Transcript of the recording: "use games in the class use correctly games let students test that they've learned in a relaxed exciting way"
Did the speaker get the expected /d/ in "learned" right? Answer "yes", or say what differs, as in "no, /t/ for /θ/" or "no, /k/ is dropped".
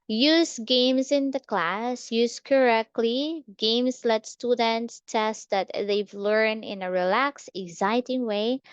no, /d/ is dropped